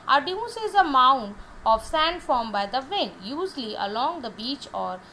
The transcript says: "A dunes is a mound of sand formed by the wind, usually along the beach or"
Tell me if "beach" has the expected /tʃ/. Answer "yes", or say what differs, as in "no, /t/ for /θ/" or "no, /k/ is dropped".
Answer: yes